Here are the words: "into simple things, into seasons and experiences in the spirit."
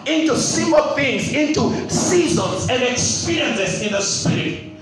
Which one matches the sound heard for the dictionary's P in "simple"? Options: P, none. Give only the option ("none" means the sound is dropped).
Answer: none